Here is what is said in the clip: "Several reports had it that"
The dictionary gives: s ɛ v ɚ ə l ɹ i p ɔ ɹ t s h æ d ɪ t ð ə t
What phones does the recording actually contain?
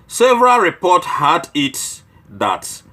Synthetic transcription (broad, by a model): s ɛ v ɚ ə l ɹ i p ɔ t h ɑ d ɪ t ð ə t